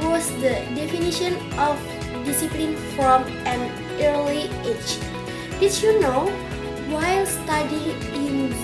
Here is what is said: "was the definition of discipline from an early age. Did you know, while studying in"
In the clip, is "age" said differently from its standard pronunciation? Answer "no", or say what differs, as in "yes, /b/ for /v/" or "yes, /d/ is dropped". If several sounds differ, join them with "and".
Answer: yes, /tʃ/ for /dʒ/